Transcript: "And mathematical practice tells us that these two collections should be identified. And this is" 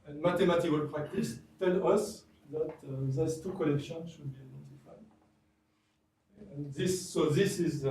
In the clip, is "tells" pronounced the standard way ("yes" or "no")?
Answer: no